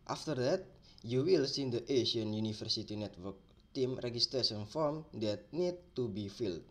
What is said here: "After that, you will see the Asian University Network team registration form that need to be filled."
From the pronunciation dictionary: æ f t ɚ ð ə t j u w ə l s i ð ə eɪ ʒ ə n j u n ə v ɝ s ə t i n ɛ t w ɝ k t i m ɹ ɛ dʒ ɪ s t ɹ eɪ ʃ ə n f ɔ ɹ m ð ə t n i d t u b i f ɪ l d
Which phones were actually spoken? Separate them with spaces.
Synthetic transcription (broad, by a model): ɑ f t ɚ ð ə t j u w ə l s i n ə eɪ ʃ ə n j u n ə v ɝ s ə t i n ɛ t w ɝ k t i m ɹ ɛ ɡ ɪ s t ɹ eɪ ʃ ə n f ɔ ɹ m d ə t n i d t u b i f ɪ l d